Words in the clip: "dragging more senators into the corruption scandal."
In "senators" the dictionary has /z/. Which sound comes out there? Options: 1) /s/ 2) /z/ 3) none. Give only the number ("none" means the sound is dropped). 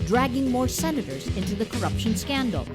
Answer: 2